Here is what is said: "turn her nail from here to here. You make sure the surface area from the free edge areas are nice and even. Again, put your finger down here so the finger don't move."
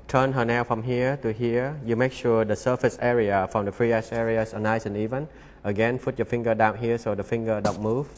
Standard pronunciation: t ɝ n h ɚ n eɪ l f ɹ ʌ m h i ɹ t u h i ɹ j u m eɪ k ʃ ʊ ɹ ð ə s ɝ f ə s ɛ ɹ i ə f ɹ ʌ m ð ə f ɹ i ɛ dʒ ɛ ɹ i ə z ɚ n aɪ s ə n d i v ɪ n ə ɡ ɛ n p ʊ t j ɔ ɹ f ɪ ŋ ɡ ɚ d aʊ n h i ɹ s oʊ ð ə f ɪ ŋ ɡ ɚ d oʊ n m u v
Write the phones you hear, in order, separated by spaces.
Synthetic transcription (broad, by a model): t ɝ n h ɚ n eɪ w f ɹ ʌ m h i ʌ t u h i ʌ j u m eɪ k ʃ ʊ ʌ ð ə s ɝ f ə s ɛ ɹ i ə f ɹ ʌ m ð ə f ɹ i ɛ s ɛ ɹ i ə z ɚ n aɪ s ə n i v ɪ n ə ɡ ɛ n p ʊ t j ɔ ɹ f ɪ ŋ ɡ ɚ d aʊ n h i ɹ s oʊ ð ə f ɪ ŋ ɡ ɚ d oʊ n m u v